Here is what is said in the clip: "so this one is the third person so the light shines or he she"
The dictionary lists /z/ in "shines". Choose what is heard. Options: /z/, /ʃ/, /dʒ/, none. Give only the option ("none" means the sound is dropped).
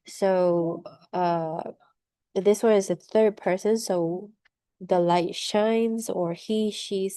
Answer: /z/